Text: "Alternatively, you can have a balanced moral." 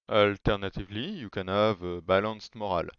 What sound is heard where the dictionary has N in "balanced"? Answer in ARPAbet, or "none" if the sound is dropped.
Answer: none